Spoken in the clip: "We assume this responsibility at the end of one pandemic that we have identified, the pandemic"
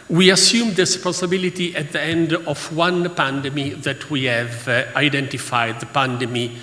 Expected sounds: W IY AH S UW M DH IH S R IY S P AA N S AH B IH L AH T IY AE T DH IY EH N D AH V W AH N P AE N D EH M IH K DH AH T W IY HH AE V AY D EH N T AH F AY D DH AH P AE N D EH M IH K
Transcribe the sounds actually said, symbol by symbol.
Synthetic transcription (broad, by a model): W IY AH S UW M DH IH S S P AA S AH B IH L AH T IY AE T DH IY EH N D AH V W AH N P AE N D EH M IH DH AH T W IY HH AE V AY D EH N T AH F AY D DH AH P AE N D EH M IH